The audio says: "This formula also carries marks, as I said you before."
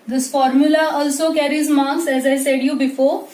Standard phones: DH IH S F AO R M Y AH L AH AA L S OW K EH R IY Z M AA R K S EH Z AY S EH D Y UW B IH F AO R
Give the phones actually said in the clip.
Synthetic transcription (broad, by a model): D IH S F AO R M Y AH L AH AA L S OW K EH R IY Z M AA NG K S EH Z AY S EH D Y UW B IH F AO R